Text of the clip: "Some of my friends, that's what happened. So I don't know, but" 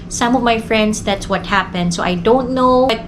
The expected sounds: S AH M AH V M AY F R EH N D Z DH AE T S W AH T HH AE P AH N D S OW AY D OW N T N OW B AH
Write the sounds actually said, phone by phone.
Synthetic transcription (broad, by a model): S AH M AH V M AY F R EH N D S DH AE T S W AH T HH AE P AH N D S OW AY D OW N T N OW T